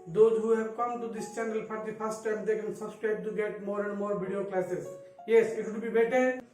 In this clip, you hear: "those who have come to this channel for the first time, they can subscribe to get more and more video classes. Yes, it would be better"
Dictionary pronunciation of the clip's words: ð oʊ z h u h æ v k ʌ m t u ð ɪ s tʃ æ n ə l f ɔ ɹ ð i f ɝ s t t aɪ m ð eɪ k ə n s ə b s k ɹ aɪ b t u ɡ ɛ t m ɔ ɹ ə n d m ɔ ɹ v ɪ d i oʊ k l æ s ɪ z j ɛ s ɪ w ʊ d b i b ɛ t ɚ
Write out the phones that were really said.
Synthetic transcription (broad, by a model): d oʊ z h u h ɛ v k ʌ m t u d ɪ s tʃ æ n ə l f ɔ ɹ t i p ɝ s t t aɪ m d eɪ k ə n s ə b s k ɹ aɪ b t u ɡ ɛ t m ɔ ɹ ə n d m ɔ ɹ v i d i oʊ k l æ s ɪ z j ɛ s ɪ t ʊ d b i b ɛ t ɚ